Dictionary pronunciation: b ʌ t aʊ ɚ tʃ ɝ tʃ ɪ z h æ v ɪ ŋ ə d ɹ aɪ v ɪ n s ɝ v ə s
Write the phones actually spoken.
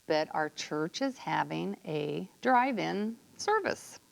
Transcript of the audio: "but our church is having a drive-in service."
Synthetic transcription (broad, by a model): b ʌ t aʊ ɚ tʃ ɝ tʃ ɪ z h æ v ɪ ŋ ə d ɹ aɪ v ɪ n s ɝ v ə s